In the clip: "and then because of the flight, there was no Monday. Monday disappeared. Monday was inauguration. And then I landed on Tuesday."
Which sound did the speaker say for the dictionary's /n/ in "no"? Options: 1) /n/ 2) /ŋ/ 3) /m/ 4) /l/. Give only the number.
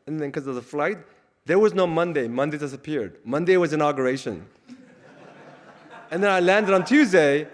1